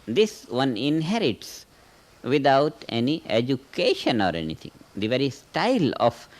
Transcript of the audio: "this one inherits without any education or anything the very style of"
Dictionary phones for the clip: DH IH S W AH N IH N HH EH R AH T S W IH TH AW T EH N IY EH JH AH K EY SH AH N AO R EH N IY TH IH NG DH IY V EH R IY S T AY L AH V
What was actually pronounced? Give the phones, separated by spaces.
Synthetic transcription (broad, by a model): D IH S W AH N IH N HH EH R AH T S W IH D AW T EH N IY EH JH AH K EY SH AH N AO R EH N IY T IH NG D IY V EH R IY S T AY L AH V